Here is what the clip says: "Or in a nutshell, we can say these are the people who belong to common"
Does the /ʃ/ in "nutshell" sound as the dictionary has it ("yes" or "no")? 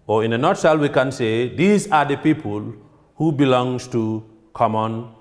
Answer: no